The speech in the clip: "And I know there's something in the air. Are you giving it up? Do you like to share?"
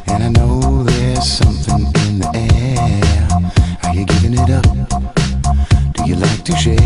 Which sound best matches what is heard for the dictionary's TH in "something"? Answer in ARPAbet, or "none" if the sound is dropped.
TH